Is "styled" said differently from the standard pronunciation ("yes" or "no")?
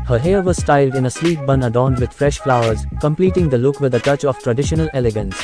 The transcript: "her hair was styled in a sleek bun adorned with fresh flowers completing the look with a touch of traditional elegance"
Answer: no